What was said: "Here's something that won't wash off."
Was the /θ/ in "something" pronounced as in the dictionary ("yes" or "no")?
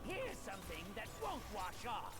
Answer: yes